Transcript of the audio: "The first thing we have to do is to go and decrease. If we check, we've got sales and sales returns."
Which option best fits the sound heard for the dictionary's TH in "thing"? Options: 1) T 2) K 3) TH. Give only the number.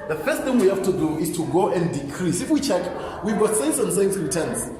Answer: 3